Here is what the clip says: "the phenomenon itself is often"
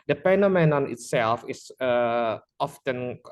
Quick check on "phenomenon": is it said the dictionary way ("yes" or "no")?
no